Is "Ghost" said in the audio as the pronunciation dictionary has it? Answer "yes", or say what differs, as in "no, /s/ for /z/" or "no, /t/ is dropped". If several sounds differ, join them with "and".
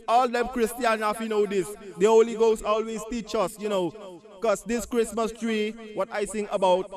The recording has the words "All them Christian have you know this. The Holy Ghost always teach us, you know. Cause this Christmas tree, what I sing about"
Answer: no, /t/ is dropped